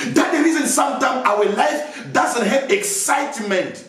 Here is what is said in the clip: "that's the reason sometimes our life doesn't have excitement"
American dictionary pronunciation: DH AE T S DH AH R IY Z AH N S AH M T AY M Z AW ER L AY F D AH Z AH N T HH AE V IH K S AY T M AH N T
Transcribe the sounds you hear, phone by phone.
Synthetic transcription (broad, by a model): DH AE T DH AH R IY Z AH N S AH M T AY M AW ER L AY F D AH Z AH N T HH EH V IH K S AY T M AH N T